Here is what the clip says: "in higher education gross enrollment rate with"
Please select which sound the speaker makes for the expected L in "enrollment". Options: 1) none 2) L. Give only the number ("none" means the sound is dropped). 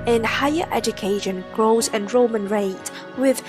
1